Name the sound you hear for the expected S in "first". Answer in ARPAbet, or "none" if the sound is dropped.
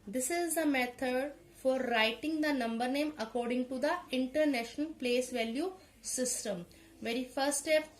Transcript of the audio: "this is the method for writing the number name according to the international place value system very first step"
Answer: none